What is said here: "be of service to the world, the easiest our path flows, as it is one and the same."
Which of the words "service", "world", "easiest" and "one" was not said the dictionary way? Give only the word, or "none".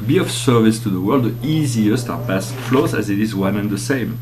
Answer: none